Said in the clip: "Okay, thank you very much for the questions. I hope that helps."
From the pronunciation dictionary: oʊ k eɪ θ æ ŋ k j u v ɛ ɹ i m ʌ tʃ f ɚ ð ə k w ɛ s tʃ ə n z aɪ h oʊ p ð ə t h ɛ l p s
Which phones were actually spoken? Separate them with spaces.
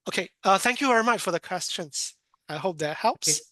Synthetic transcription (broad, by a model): oʊ k eɪ θ æ ŋ k j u v ɛ ɹ i m ʌ tʃ f ɚ ð ə k w ɛ s tʃ ə n z aɪ h oʊ p ð ə t h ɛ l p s